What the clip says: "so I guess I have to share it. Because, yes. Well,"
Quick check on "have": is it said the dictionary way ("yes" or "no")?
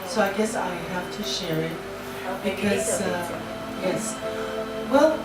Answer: no